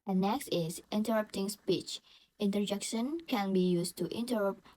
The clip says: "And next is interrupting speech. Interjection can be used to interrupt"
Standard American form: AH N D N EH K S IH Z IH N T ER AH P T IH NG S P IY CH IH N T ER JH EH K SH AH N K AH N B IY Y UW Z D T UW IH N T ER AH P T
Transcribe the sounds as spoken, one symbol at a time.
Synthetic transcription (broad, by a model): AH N N EH K S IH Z IH N T ER AH P T IH NG S P IY CH IH N T ER JH EH K SH AH N K AH N B IY Y UW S T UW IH N T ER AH P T